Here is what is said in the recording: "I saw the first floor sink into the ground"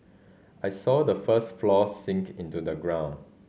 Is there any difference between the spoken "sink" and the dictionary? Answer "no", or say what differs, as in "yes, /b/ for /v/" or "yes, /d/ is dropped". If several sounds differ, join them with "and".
no